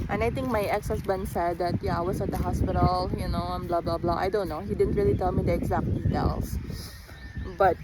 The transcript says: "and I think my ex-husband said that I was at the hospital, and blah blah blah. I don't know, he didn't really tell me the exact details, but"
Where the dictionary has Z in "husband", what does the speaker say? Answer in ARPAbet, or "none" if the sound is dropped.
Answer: S